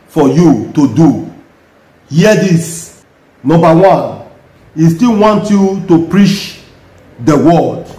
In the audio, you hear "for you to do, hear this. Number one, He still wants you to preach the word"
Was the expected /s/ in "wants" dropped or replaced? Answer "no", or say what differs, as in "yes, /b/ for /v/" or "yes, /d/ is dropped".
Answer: yes, /s/ is dropped